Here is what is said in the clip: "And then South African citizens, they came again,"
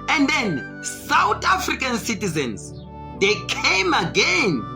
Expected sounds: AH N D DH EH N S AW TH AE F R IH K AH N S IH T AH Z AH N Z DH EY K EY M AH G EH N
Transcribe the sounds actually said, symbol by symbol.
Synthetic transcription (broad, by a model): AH N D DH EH N S AW T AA F R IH K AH N S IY T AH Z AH N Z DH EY K EY M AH G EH N